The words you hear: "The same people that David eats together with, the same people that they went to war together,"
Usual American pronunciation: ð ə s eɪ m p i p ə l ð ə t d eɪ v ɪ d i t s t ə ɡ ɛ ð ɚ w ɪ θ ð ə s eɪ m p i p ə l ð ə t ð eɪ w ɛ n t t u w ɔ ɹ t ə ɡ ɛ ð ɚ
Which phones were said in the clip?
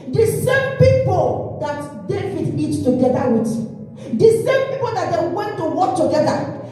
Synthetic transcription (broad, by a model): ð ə s eɪ m p i p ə l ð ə t d eɪ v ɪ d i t t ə ɡ ɛ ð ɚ w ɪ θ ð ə s eɪ m p i p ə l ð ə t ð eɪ w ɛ n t t u w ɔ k t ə ɡ ɛ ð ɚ